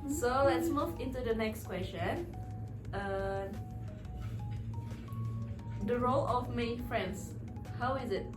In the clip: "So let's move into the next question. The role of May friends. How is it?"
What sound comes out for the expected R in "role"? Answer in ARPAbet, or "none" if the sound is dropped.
R